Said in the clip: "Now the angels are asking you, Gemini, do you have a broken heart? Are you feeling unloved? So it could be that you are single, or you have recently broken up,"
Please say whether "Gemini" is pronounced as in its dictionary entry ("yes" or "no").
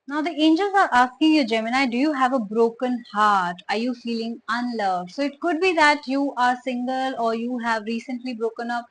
yes